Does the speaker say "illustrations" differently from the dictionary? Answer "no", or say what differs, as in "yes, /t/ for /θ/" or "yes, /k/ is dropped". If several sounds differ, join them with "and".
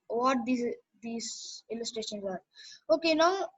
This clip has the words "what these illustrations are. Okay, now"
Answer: no